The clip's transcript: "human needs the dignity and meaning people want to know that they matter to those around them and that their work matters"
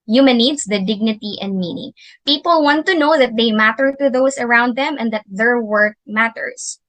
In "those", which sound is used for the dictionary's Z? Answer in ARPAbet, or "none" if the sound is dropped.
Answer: S